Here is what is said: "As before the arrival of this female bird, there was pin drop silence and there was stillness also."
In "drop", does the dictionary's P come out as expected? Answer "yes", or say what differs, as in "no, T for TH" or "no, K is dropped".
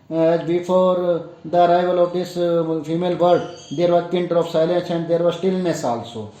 no, F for P